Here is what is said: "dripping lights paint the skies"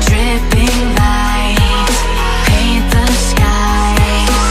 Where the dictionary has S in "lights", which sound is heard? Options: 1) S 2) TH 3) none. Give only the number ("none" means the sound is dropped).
3